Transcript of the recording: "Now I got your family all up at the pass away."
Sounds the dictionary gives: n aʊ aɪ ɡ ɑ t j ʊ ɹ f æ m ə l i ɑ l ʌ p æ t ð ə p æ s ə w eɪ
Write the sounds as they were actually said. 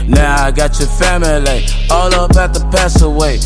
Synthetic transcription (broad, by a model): n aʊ aɪ ɡ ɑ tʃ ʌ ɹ f æ m ə l i ɑ l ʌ b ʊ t ð ə p æ s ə w eɪ